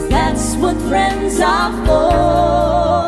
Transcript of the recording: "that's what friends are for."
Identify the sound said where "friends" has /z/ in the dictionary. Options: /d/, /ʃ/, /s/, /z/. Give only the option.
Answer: /z/